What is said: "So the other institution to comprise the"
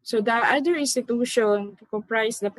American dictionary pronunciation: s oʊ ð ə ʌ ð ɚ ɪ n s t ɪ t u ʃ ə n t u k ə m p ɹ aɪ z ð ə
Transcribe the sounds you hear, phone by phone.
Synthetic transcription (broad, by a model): s oʊ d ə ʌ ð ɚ ɪ n s t ɪ t u ʃ ə n t u k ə m p ɹ aɪ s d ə